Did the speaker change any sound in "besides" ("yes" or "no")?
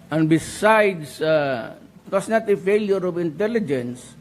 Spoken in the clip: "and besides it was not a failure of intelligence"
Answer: yes